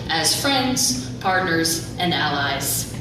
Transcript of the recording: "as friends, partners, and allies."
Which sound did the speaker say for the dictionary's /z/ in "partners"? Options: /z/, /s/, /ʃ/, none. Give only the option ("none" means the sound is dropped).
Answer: /z/